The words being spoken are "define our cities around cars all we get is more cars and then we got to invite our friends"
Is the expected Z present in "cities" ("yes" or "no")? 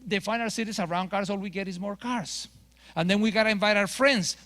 no